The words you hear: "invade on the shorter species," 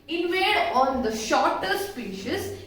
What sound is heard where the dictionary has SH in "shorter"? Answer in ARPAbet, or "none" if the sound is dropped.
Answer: SH